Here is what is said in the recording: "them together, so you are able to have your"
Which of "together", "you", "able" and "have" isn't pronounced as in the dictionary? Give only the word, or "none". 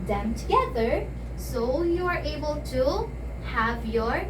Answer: none